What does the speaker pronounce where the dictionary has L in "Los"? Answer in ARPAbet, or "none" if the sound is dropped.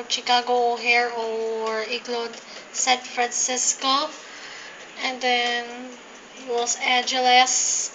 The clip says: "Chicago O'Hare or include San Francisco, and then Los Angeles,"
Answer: W